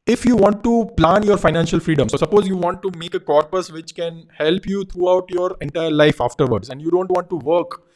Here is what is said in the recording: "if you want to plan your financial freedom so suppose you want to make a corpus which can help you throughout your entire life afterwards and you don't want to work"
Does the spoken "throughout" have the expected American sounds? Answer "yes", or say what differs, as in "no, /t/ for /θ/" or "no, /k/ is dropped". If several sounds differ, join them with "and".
no, /t/ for /θ/